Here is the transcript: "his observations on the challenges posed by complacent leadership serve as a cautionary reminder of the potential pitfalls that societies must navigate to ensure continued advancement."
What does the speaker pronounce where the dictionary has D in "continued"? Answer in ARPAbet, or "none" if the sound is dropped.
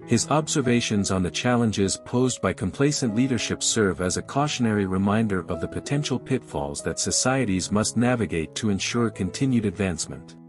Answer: D